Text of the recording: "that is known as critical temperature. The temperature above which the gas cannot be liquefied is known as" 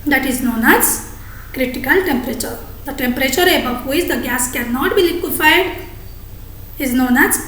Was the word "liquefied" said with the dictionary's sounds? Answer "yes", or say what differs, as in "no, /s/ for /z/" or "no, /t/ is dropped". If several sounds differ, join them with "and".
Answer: yes